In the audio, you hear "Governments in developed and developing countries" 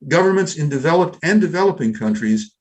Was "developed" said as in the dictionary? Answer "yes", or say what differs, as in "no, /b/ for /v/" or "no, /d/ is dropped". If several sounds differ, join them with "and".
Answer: yes